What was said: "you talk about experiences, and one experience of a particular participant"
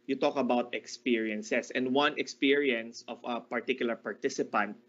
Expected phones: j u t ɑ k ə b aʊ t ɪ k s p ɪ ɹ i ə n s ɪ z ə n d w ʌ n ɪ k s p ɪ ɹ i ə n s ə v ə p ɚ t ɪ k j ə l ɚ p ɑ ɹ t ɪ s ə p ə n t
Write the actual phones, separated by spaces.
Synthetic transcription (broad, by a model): j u t ɑ k ə b aʊ t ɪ k s p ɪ ɹ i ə n s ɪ s ə n d w ʌ n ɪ k s p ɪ ɹ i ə n s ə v ə p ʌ t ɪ k j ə l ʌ p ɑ ɹ t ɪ s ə p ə n t